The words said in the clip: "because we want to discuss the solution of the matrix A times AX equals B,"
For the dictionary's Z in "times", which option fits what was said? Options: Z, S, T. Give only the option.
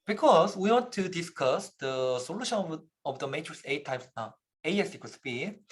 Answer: S